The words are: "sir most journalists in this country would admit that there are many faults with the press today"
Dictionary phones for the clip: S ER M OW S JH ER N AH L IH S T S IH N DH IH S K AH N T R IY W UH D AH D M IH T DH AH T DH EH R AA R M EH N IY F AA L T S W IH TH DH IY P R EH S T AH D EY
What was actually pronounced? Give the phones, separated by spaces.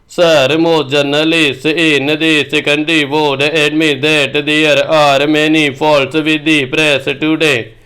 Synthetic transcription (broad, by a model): S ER M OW JH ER N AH L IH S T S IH N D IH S K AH N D R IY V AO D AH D M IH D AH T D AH R AA R M EH N IY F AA L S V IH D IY P R EH S T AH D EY